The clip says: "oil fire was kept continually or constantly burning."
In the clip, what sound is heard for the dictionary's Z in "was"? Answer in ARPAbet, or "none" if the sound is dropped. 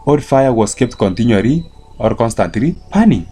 S